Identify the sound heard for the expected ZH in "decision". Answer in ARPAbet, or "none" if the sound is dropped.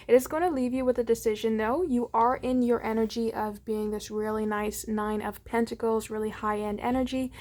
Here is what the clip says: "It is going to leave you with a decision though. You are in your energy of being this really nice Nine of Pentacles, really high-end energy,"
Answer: ZH